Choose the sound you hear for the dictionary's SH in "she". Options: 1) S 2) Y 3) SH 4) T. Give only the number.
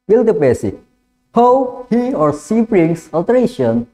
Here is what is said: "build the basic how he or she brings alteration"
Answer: 1